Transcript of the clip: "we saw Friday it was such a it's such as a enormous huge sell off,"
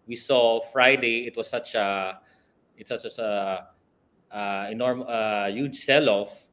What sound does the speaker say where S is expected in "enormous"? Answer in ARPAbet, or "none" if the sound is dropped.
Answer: none